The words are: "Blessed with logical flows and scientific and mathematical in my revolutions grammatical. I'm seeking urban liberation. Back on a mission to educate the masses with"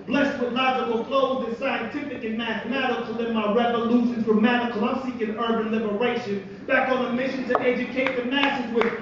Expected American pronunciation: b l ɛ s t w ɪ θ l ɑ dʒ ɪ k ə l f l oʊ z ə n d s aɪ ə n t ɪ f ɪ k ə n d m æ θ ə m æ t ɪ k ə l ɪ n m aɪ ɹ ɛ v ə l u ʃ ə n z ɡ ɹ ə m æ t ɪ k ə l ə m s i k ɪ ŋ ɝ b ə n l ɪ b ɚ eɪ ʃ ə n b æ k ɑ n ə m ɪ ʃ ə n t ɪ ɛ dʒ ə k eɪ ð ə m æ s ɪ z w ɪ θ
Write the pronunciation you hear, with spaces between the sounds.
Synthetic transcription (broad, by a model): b l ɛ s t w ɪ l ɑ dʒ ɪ k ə l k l oʊ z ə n s aɪ ə n t ɪ f ɪ k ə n m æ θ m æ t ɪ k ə l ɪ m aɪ ɹ ɛ v ə l u ʃ ə n z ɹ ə m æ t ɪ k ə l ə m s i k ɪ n ɝ b ə n l ɪ b ɚ eɪ ʃ ə n b æ k n ə m ɪ ʃ ə n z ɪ ɛ dʒ ə k eɪ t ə m æ s ɪ z w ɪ